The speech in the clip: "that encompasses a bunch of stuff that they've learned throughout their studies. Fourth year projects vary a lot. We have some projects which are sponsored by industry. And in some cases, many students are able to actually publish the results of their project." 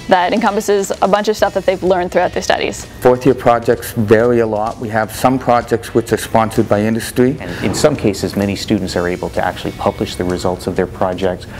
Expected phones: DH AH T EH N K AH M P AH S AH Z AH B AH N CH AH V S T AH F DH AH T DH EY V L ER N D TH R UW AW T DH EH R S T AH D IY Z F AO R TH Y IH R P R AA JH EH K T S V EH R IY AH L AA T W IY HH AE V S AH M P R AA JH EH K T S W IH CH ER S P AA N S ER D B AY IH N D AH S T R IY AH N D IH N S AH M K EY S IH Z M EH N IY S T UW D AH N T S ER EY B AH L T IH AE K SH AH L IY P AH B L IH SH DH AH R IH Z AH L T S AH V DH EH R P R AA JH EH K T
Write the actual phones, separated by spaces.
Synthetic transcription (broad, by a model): DH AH T EH N K AH M P AH S AH Z AH B AH N CH AH V S T AH F DH AH T DH EY V L ER N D TH R UW AW T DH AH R S T AH D IY Z F AO R TH Y IH R P R AA JH EH K T S V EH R IY AH L AA T W IY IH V S AH M P R AA JH EH K T S W IH CH ER S P AA N S ER D B AY IH N D AH S T R IY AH N IH N S AH M K EY S IH Z M EH N IY S T UW D N T S ER EY B L T IH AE K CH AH L IY P AH B L IH SH DH AH R IH Z AH L T S AH V DH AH R P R AA JH EH K T